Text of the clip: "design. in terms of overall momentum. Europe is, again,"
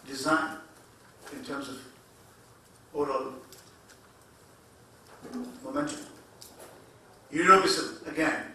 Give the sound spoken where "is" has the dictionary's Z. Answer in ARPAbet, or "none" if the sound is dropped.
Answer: S